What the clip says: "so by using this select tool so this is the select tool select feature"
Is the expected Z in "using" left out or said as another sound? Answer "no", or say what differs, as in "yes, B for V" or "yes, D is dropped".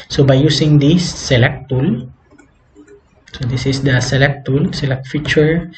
yes, S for Z